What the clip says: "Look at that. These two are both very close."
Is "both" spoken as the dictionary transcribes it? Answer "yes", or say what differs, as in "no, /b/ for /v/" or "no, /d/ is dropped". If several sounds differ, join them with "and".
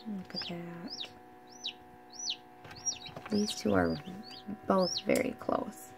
yes